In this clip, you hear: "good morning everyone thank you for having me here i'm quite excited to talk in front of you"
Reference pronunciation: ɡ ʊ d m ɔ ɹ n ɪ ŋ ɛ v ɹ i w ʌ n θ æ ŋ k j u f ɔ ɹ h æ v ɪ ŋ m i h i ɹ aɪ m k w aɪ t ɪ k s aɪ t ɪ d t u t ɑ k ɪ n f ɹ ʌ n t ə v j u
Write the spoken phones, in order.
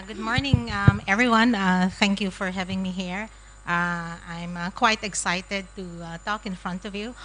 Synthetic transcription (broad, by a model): ɡ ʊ d m ɔ ɹ n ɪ ŋ ɛ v ɹ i w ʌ n θ æ ŋ k j u f ɔ ɹ h æ v ɪ ŋ m i h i ɹ aɪ m k w aɪ t ɪ k s aɪ t ɪ d t u t ɑ k ɪ n f ɹ ʌ n t ə v j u